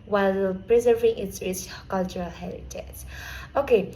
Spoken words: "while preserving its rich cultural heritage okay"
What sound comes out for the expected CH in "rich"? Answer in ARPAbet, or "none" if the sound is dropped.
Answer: S